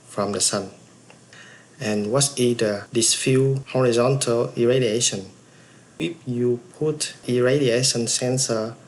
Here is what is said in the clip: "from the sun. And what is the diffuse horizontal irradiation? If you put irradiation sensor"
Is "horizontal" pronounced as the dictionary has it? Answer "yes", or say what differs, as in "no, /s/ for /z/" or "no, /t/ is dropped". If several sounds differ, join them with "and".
yes